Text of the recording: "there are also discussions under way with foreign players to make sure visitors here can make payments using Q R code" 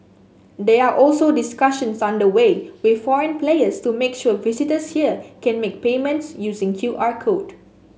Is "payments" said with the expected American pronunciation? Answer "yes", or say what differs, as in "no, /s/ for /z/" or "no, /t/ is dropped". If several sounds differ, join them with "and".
yes